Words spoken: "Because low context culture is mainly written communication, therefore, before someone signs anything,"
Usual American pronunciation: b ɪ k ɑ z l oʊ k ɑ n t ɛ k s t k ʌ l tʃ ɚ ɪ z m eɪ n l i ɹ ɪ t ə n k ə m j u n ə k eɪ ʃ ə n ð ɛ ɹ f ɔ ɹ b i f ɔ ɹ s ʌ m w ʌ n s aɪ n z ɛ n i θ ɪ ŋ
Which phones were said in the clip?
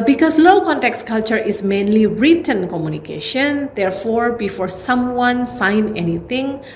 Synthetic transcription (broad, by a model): b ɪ k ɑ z l oʊ k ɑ n t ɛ k s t k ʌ l tʃ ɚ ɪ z m eɪ n l i ɹ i t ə n k ə m j u n ə k eɪ ʃ ə n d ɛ ɹ f ɔ ɹ b i f ɔ ɹ s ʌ m w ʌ n s aɪ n ɛ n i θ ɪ ŋ